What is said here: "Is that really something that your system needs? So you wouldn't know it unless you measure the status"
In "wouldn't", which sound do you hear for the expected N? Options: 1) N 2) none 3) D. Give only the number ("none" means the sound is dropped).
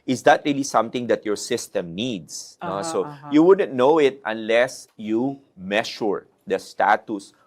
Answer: 1